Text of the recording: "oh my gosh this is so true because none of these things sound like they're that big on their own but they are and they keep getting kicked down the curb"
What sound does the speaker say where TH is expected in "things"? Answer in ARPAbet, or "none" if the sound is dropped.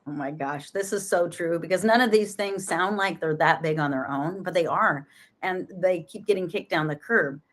TH